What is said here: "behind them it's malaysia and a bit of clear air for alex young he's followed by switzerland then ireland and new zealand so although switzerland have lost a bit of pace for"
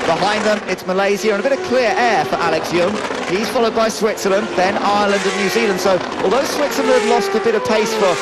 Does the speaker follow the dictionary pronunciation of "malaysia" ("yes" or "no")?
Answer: no